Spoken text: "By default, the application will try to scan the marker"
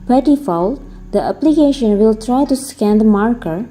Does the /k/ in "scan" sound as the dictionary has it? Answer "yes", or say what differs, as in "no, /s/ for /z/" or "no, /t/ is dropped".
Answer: yes